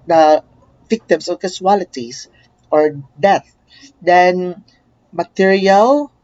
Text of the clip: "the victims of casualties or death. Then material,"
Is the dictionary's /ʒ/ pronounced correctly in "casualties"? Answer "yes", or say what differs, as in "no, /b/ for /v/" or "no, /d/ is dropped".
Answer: no, /s/ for /ʒ/